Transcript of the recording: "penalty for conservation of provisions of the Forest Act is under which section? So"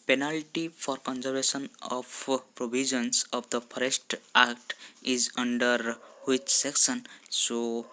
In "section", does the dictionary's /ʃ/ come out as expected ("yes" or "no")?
no